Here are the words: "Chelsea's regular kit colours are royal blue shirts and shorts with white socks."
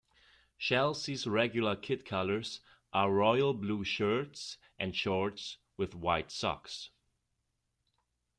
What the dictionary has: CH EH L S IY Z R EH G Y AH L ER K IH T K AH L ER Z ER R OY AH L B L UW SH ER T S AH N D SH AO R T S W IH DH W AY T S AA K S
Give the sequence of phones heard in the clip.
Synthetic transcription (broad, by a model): SH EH L S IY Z R EH G Y L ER K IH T K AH L ER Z ER R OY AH L B L UW SH ER T S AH N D SH AO R T S W IH DH W AY T S AA K S